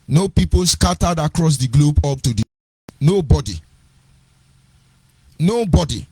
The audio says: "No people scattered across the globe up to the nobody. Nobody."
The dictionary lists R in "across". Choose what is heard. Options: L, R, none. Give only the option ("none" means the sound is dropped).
R